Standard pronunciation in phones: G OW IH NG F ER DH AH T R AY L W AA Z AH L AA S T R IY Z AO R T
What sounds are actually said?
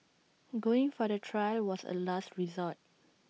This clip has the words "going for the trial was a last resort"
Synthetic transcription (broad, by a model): G OW IH NG F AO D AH T R AY L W AA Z AH L AA S T R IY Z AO T